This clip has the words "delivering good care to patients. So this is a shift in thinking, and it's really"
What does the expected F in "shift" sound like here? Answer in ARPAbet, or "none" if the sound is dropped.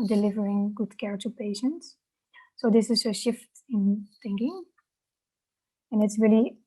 F